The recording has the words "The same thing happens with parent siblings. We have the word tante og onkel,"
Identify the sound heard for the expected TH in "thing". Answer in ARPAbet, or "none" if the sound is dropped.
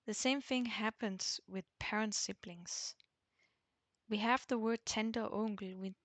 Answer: TH